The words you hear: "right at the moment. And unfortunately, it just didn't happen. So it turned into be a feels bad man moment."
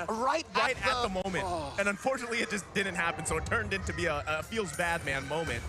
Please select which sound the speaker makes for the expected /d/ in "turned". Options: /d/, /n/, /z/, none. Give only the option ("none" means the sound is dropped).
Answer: /d/